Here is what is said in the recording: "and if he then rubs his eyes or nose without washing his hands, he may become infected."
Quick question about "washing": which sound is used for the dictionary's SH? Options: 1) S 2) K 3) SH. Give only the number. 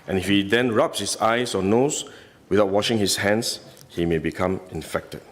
3